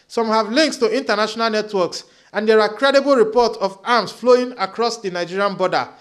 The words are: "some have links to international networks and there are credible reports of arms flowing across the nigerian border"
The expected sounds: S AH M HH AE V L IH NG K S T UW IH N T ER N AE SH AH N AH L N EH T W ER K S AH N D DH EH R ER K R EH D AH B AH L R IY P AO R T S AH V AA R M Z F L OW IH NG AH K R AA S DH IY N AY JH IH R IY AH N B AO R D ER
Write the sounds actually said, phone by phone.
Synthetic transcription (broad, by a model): S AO M HH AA V L IH NG K S T UW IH N T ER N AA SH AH N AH L N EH T W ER K S AH N D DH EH R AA K R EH D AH B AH L R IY P AO T S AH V AA M S F L OW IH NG AH K R AA S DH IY N AY JH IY R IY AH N B AO D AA